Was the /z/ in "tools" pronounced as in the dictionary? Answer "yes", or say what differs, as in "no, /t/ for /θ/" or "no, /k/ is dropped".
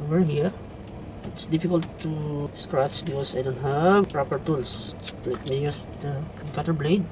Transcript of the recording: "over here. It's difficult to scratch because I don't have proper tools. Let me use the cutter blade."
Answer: no, /s/ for /z/